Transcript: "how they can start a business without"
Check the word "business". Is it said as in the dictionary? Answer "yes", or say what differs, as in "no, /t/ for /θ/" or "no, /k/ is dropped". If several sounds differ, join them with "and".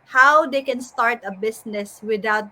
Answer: no, /s/ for /z/